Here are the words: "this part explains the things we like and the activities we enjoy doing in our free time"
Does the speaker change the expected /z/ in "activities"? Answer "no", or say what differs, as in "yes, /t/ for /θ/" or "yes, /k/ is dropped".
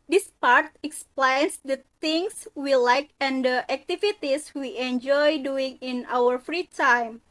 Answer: yes, /s/ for /z/